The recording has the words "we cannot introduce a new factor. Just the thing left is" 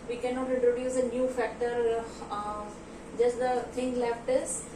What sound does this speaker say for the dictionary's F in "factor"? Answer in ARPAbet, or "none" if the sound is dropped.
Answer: F